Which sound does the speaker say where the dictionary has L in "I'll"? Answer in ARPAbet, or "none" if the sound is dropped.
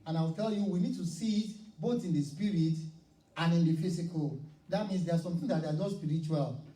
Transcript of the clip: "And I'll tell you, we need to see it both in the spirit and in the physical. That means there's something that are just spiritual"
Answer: W